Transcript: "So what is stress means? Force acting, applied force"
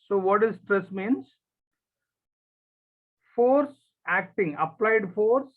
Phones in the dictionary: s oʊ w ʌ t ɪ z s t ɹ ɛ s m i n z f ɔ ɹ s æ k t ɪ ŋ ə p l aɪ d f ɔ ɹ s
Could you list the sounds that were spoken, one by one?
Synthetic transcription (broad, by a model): s oʊ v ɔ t ɪ z s t ɹ ɛ s m i n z f ɔ ɹ s æ k t ɪ ŋ ə p l aɪ d f ɔ ɹ s